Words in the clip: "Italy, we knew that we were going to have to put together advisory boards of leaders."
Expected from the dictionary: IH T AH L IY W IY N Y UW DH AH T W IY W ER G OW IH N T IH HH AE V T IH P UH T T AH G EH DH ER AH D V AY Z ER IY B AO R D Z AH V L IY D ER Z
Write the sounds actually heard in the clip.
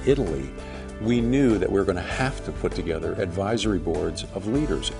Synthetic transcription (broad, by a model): IH T L IY W IY N Y UW DH AH T W IY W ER G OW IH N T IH HH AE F T IH P UH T T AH G EH DH ER AH D V AY Z ER IY B AO R D Z AH V L IY D ER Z